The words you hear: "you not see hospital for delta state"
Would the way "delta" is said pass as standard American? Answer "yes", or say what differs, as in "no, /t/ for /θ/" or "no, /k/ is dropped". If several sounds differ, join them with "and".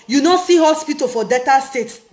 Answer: no, /l/ is dropped